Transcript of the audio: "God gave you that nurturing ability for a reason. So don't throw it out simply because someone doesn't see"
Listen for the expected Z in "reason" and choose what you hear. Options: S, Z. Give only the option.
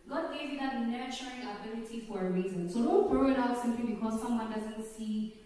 Z